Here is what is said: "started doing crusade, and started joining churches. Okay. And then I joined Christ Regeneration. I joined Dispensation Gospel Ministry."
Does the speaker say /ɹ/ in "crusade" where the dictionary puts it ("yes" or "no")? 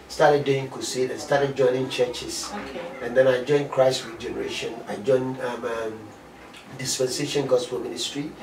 no